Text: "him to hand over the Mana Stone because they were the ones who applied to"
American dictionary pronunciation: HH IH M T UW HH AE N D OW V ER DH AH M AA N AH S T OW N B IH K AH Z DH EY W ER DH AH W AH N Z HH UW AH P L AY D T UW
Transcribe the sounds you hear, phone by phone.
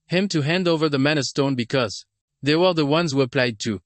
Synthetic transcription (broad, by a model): HH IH M T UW HH AE N D OW V ER DH AH M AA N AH S T OW N B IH K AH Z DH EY W ER DH AH W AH N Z HH UW AH P L AY D T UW